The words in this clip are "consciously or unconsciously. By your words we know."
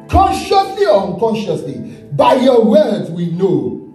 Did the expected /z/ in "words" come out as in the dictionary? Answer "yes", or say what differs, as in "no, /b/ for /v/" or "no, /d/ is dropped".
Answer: no, /z/ is dropped